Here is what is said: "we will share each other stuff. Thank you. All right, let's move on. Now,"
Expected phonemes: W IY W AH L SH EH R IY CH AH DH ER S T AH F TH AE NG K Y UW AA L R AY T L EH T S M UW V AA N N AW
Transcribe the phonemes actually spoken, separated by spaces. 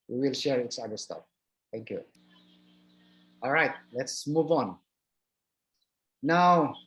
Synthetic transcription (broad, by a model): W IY W AH L SH EH R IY S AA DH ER S T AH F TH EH NG K Y UW AA L R AY T L EH T S M UW V AA N N AW